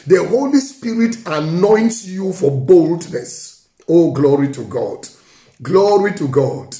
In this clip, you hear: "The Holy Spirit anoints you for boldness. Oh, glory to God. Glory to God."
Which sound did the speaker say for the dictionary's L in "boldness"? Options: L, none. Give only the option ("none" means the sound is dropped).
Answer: L